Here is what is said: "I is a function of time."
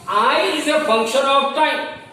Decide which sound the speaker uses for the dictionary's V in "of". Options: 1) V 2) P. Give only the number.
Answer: 2